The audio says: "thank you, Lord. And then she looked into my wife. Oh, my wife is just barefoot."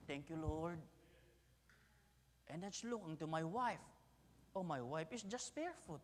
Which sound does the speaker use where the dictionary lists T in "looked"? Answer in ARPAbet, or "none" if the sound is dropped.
none